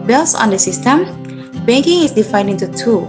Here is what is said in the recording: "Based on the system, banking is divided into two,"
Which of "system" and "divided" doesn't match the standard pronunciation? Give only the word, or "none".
divided